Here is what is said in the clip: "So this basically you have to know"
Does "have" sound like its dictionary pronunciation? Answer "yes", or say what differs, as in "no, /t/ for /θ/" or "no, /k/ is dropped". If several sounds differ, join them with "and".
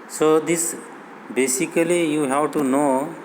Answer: no, /w/ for /v/